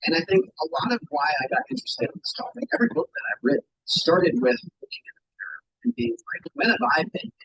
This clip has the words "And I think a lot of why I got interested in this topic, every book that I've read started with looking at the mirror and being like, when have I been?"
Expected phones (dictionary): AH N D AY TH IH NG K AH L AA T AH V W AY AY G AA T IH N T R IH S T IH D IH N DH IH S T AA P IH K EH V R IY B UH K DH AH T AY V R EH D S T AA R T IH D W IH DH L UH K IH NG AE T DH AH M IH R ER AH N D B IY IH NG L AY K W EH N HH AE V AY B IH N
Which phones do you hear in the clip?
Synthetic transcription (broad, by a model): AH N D AY TH IH NG K AH L AA T AH V W AY AY G AA T IH N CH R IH S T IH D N DH IH S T AA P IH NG EH V R IY B UH K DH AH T AY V R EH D S T AA R T IH D W IH DH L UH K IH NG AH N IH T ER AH N B IY IH NG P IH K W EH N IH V AY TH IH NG